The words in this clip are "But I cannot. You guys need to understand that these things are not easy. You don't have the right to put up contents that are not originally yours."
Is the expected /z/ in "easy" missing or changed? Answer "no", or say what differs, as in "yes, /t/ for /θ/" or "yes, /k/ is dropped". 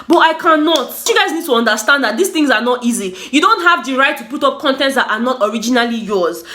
no